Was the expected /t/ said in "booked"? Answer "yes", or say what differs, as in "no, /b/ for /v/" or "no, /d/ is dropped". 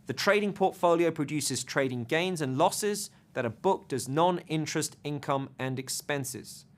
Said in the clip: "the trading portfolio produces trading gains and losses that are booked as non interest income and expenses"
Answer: yes